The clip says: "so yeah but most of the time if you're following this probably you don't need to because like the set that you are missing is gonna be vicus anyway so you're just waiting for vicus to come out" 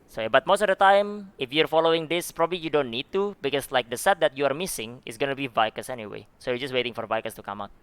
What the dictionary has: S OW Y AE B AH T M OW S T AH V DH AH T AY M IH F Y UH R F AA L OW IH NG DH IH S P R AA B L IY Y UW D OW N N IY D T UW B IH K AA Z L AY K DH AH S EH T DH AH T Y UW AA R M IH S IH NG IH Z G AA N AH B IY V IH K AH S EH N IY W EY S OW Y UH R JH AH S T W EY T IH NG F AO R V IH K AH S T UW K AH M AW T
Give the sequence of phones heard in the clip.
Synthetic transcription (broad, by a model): S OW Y B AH T M OW S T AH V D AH T AY M IH F Y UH R F AA L OW IH NG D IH S P R AA B L IY Y UW D OW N N IY D T UW B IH K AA S L AY K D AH S EH T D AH T Y UW AA R M IH S IH NG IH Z G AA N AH B IY V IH K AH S EH N IY W EY S OW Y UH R JH AH S T W EY T IH NG F AO R V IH K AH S T UW K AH M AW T